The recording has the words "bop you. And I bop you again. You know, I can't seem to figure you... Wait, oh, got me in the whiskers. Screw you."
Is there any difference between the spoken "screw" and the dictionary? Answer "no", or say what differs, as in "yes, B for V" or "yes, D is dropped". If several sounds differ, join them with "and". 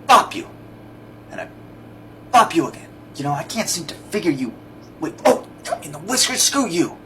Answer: yes, R is dropped